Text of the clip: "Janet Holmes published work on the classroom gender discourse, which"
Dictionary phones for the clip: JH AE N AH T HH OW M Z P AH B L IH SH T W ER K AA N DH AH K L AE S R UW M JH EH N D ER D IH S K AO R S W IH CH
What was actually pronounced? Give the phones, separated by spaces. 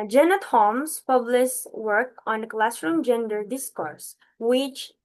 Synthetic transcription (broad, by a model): JH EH N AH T HH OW M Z P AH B L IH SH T W ER K AA N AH K L AE S R UW M JH EH N D ER D IH S K AO R S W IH CH